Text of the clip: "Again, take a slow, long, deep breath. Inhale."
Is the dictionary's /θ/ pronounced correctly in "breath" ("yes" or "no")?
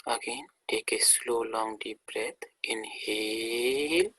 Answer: no